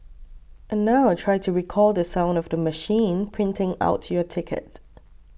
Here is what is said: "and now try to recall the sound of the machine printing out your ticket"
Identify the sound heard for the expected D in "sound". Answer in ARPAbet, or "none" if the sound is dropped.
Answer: D